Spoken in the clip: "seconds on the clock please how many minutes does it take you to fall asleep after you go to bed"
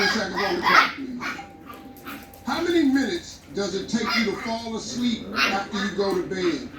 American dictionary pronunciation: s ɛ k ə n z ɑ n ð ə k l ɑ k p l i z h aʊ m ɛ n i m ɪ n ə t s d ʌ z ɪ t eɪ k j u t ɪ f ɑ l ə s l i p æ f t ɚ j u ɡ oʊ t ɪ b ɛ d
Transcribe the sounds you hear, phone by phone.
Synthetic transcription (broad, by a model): s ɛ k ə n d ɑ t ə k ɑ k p i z h aʊ m ɛ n i m ɪ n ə t s d ʌ z ɪ t eɪ k j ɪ t ɪ f ɑ l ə s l i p æ f t ɚ j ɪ ɡ oʊ t ɪ b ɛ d